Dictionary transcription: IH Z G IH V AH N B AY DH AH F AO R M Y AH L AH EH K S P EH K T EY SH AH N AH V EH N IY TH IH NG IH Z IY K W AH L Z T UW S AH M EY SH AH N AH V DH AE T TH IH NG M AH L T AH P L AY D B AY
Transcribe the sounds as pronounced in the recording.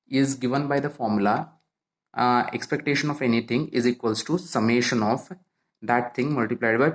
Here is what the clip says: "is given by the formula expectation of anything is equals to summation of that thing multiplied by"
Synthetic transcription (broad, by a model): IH Z G IH V AH N B AY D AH F AO R M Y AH L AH EH K S P EH K T EY SH AH N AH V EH N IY T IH NG IH Z IY K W AH L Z T UW S AH M EY SH AH N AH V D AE T T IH NG M AH L T AH P L AY D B AY